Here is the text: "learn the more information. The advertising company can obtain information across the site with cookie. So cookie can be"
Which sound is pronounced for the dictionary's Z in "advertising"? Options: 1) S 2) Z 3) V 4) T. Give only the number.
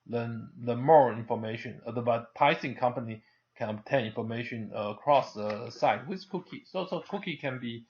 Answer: 1